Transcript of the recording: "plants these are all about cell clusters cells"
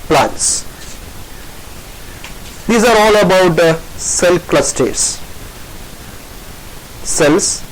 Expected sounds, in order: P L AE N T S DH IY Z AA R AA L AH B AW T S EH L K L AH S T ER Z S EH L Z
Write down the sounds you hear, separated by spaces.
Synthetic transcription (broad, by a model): P L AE N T S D IY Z AA R AA L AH B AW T S EH L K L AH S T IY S S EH L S